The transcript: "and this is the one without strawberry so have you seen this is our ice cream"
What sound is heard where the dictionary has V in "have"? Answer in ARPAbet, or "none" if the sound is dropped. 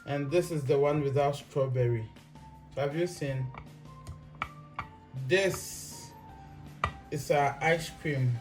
V